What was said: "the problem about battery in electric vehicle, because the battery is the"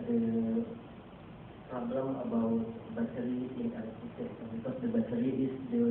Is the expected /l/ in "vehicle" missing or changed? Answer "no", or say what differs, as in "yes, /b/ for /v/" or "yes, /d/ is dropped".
yes, /n/ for /l/